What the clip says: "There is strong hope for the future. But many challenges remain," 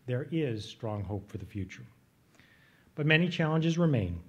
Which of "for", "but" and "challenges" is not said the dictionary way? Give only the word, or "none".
none